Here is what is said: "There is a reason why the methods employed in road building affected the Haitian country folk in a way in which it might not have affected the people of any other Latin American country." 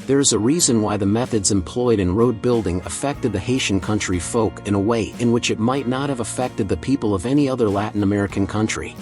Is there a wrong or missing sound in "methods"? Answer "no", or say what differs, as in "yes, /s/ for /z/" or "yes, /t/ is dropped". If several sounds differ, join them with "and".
no